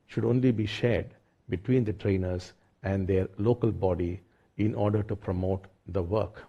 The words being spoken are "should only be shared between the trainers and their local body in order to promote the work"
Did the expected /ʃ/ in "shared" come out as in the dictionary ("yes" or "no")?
yes